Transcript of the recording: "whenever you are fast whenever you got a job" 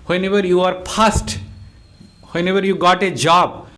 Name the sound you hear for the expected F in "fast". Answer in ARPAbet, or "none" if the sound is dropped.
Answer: P